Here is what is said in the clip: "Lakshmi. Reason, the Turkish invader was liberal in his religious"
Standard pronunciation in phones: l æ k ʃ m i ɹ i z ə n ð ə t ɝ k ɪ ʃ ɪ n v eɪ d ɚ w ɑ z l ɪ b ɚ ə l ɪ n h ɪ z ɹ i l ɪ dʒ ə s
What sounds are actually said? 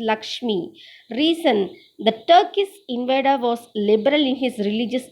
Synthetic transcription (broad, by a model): l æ k ʃ m i ɹ i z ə n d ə t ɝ k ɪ s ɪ n v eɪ d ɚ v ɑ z l ɪ b ɚ ə l ɪ n h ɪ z ɹ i l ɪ dʒ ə s